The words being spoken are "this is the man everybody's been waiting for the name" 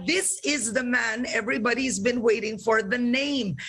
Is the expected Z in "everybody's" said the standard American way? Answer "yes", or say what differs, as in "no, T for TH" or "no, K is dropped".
yes